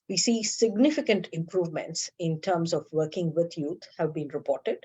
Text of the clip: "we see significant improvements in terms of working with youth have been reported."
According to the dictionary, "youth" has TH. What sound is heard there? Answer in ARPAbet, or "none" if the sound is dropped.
T